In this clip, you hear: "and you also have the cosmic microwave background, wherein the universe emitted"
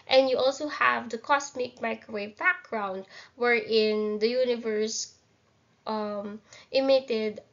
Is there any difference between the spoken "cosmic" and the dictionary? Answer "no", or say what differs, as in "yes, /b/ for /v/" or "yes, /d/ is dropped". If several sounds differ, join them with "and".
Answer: yes, /s/ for /z/